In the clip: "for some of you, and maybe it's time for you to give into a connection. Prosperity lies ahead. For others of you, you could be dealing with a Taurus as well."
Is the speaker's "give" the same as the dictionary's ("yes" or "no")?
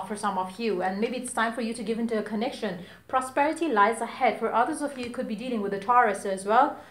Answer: yes